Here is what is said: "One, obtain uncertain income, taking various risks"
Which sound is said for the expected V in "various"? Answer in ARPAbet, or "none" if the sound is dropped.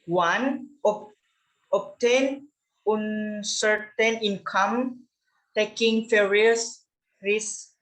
F